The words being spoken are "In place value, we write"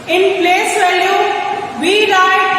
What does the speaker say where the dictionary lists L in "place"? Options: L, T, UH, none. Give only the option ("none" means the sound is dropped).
L